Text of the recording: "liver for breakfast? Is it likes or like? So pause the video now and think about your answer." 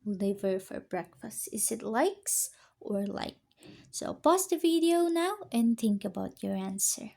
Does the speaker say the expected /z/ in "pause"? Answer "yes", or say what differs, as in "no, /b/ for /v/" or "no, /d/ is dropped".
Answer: no, /s/ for /z/